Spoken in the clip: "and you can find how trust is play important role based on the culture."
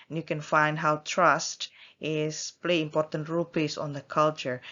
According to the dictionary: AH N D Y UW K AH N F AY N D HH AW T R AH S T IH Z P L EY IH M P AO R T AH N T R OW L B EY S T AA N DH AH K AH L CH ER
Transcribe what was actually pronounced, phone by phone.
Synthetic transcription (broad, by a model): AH N Y UW K AH N F AY N D HH AW T R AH S T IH S P L EY IH M P AO R T AH N T R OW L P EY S AA N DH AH K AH L CH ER